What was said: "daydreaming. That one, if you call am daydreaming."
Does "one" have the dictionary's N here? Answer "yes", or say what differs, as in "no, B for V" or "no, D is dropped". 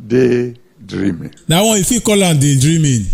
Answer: no, N is dropped